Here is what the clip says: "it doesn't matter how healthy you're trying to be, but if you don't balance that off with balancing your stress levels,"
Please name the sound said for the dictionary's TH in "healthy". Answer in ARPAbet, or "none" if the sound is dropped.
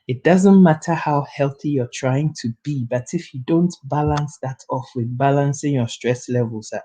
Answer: TH